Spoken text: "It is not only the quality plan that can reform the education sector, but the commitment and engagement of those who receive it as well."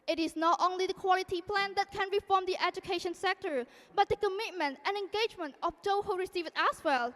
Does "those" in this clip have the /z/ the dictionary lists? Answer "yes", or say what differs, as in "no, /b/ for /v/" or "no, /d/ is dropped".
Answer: no, /z/ is dropped